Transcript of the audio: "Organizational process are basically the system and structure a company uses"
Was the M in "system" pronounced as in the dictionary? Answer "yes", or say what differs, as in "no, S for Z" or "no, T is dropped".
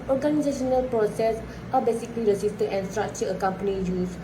no, M is dropped